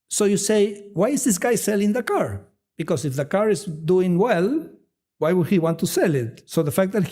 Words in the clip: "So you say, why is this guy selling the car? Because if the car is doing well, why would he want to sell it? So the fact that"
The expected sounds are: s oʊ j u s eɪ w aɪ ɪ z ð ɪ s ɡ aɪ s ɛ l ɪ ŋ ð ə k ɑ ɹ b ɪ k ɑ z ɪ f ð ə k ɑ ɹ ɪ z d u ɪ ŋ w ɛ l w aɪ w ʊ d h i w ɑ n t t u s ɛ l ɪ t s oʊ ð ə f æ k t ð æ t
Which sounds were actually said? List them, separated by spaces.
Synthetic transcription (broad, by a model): s oʊ j u s eɪ w aɪ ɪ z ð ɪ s ɡ aɪ s ɛ l ɪ ŋ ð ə k ɑ ɹ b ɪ k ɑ s ɪ f ð ə k ɑ ɹ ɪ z d u ɪ ŋ w ɛ l w aɪ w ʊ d h i w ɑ n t t u s ɛ l ɪ t s oʊ ð ə f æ k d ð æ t